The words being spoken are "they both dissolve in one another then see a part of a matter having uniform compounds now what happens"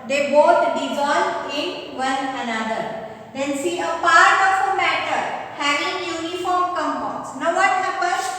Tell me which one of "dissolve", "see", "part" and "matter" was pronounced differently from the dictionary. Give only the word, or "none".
dissolve